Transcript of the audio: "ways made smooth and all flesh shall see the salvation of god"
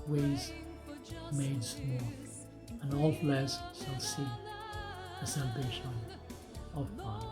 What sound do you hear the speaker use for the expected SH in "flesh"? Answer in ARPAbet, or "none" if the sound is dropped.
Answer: S